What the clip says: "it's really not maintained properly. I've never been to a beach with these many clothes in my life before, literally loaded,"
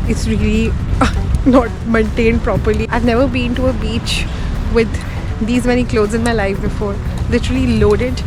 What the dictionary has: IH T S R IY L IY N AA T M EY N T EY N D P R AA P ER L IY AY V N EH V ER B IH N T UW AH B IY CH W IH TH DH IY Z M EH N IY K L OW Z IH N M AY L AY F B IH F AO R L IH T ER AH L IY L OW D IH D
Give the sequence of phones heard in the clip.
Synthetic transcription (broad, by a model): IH T S R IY L IY N AA T M EY N T EY N D P R AA P ER L IY AY V N EH V ER B IH N T UW AH B IY CH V IH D IY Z M EH N IY K L OW Z IH N M AY L AY F B IH F AO R L IH T ER AH L IY L OW D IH D